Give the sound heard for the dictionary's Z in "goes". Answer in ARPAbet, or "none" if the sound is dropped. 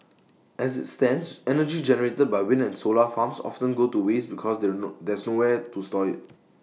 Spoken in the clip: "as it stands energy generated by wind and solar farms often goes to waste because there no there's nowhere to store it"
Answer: none